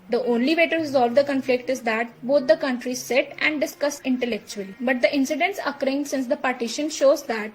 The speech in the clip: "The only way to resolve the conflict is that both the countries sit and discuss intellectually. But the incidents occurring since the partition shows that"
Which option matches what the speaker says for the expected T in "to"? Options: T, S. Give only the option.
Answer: T